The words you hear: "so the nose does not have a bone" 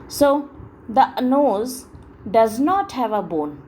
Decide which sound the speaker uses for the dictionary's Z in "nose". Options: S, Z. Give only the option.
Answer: Z